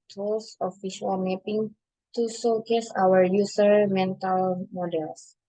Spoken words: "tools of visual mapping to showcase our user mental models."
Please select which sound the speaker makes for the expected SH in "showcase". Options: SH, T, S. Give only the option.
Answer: S